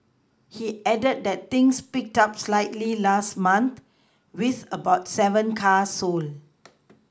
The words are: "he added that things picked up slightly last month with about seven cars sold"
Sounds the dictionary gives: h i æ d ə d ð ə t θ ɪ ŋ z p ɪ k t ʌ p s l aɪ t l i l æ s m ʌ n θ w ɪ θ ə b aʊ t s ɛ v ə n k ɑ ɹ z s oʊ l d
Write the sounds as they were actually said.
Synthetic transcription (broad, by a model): h i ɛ d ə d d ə t t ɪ ŋ s p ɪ k t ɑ p s l aɪ t l i l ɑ s m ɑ n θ w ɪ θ ə b aʊ t s ɛ v ə n k ɑ s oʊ l